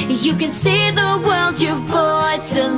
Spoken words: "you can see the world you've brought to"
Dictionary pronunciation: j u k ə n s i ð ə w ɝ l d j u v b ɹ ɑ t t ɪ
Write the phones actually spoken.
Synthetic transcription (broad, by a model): j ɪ k ə n s i ð ə w ɝ l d j u v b ɑ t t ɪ